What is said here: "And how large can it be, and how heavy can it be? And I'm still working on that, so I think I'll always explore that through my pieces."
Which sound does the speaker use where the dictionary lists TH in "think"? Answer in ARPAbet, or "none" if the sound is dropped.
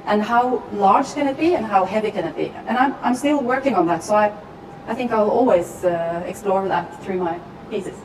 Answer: TH